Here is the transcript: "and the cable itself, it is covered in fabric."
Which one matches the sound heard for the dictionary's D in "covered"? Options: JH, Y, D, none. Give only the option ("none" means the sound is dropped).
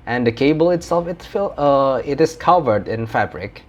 D